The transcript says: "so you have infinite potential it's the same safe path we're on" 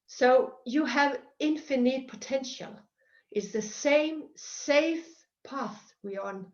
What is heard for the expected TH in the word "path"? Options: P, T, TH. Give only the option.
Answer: TH